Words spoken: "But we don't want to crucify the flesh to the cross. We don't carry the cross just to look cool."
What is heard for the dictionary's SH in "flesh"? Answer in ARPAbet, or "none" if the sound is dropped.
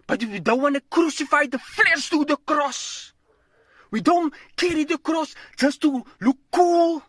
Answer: S